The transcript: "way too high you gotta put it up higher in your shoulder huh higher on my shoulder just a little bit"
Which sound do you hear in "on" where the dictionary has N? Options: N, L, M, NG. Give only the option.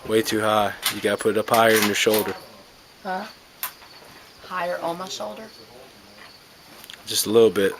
L